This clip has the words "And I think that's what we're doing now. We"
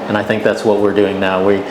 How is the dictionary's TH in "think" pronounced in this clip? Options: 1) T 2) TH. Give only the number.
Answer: 2